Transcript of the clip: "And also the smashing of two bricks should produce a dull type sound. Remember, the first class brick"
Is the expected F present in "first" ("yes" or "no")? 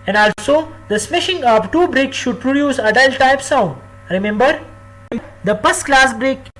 no